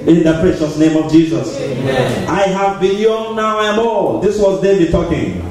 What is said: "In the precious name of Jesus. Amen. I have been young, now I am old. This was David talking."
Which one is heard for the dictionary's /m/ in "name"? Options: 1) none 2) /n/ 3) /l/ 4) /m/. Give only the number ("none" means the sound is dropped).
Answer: 4